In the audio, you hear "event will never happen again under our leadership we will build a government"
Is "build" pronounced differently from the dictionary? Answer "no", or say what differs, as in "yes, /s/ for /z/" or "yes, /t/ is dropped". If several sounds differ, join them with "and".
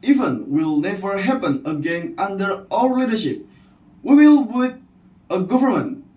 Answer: yes, /l/ is dropped